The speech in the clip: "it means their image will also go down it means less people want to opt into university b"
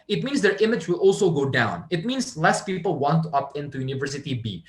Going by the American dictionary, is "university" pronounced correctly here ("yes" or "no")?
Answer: yes